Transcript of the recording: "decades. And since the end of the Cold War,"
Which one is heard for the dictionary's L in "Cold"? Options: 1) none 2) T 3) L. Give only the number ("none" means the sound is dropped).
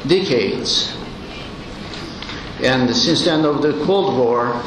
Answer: 3